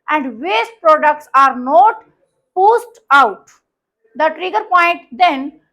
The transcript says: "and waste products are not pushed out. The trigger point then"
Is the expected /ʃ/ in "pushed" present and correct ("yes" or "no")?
no